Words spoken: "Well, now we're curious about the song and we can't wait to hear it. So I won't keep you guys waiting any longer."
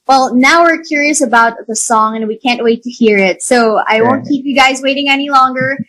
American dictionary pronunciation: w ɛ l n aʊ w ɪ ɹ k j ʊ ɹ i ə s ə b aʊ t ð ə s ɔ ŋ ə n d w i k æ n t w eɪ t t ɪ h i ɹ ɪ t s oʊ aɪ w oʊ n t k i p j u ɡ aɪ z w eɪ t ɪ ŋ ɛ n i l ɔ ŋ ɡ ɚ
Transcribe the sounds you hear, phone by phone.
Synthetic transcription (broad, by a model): w ɛ l n aʊ w ɪ ɹ k j ʊ ɹ i ə s ə b aʊ t ð ə s ɔ ŋ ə n w i k æ n t w eɪ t t ɪ h i ɹ ɪ t s oʊ aɪ w oʊ n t k i p j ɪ ɡ aɪ z w eɪ t ɪ ŋ ɛ n i l ɔ ŋ ɡ ɚ